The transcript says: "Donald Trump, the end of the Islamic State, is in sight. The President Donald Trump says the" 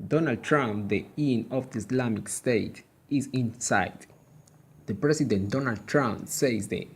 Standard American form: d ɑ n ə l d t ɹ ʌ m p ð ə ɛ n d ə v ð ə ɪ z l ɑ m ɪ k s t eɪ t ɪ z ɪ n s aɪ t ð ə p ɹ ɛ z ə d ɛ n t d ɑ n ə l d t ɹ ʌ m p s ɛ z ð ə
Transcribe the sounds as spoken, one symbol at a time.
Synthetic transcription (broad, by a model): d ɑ n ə l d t ɹ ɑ m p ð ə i n ə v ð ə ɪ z l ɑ m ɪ k s t eɪ t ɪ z ɪ n s aɪ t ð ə p ɹ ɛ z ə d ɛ n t d ɑ n ə l d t ɹ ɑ m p s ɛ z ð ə